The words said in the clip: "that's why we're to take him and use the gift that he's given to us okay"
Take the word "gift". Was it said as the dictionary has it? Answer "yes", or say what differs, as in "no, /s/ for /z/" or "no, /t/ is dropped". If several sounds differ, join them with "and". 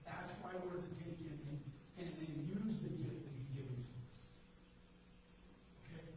no, /f/ is dropped